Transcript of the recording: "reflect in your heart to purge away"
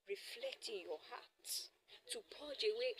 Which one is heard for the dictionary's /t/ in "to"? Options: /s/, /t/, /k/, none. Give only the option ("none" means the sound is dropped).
/s/